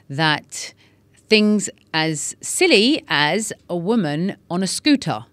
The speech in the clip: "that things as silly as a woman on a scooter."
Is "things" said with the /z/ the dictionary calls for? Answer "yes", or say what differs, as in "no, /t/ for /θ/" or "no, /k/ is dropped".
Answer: yes